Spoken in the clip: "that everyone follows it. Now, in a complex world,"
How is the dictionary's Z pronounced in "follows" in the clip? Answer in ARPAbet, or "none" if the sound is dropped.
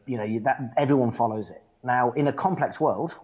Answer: Z